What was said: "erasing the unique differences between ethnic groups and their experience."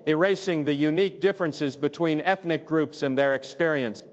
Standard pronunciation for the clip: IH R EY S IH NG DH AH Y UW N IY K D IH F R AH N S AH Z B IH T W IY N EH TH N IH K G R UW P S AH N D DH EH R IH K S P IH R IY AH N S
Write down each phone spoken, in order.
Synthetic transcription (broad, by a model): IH R EY S IH NG DH AH Y UW N IY K D IH F R AH N S AH Z B IH T W IY N EH TH N IH K G R UW P S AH N DH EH R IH K S P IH R IY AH N S